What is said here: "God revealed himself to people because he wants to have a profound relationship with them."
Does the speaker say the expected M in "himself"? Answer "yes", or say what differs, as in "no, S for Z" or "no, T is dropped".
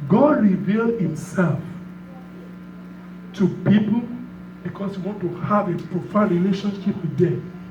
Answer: yes